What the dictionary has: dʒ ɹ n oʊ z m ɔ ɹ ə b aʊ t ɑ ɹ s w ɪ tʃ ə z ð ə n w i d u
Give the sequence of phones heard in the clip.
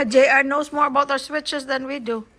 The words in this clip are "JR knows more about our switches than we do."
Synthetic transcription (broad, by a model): dʒ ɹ n oʊ s m ɔ ɹ ə b aʊ t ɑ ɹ s w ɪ tʃ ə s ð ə n w i d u